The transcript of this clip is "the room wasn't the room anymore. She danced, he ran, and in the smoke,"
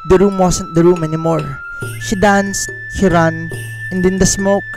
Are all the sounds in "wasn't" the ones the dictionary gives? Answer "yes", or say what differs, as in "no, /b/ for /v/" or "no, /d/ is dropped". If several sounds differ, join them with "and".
no, /s/ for /z/